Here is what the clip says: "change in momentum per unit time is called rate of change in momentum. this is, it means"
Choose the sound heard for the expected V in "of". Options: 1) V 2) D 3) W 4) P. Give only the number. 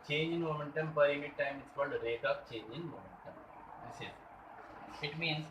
4